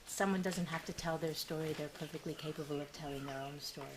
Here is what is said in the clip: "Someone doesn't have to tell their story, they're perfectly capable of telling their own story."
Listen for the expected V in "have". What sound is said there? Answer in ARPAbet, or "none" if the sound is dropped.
F